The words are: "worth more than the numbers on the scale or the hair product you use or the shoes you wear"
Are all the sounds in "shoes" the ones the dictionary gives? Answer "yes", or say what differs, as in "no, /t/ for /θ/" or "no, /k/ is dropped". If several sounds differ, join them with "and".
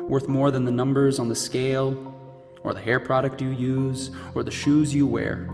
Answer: yes